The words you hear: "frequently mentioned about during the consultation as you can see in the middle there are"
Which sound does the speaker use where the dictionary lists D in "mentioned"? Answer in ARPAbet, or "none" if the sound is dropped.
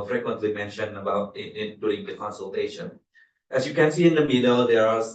none